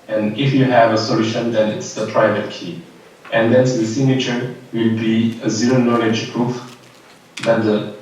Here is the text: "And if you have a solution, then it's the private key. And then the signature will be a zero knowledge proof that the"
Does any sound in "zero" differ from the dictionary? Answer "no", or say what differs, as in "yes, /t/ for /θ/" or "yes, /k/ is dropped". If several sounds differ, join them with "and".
no